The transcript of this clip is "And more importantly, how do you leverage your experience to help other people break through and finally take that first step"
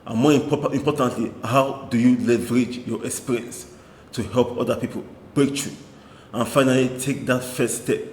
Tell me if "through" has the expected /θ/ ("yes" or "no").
no